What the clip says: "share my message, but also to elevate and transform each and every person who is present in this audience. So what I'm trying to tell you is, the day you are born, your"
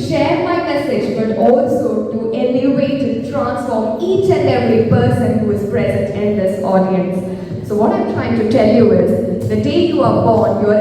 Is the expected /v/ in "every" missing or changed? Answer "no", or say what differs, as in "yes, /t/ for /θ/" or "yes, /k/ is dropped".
yes, /v/ is dropped